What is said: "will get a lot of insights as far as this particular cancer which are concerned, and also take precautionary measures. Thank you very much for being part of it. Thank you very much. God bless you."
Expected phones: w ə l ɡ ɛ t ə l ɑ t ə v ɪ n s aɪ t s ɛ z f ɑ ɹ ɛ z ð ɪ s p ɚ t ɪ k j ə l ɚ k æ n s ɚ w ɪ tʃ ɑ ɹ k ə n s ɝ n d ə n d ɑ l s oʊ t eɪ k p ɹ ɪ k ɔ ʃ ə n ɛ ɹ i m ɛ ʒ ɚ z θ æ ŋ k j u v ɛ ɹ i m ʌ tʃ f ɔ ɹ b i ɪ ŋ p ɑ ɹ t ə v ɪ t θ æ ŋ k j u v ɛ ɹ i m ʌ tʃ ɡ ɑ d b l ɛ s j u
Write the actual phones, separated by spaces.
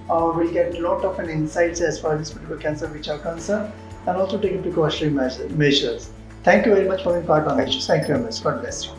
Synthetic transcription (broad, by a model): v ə l ɡ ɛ t ə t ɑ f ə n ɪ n s aɪ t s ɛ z f ɑ ɹ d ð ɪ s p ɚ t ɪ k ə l k æ n s ɚ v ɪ tʃ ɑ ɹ k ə n s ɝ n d ə n d ɑ l s oʊ t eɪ k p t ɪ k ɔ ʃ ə ɛ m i m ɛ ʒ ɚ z t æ ŋ k j u v ɛ ɹ i m ʌ tʃ f ɔ ɹ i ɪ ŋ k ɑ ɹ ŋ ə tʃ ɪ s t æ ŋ k j u v ɛ ɹ i m ʌ tʃ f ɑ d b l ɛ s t